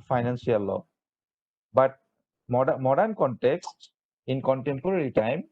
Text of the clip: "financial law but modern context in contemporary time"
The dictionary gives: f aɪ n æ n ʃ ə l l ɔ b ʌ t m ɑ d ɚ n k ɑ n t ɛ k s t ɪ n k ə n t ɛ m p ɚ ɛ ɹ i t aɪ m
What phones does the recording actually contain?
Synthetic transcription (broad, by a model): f aɪ n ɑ n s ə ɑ l ɔ b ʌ t m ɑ d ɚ n k ɑ n t ɛ k s t ɪ n k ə n t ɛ m p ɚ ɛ ɹ i t aɪ m